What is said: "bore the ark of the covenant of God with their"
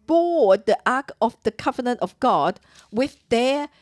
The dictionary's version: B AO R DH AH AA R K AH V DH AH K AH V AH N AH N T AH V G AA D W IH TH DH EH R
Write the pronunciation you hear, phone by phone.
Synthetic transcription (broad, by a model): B AO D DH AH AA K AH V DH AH K AH V AH N AH N T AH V G AA D W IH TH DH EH